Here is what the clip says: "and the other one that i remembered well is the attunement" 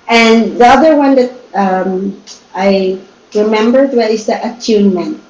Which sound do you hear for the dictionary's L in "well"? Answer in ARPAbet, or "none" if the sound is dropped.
N